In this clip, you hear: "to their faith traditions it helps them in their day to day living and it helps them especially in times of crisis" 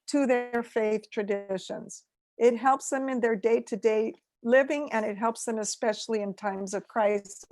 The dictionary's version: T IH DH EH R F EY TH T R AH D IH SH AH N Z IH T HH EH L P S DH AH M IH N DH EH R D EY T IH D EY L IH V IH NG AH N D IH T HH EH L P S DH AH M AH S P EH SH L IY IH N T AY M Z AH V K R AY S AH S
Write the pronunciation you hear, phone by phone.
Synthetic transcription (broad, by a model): T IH DH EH R F EY TH T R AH D IH SH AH N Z IH T HH EH L P S DH AH M IH N DH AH R D EY T IH D EY L IH V IH NG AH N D IH T HH EH L P S DH AH M AH S P EH SH L IY IH N T AY M Z AH V K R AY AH S